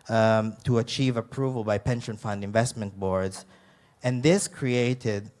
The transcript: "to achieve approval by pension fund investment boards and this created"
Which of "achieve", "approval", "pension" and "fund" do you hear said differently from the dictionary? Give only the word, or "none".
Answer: none